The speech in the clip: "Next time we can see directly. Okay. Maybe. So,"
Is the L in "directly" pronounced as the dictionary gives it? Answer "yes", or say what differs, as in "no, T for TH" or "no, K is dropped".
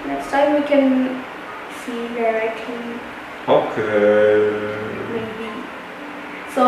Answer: no, L is dropped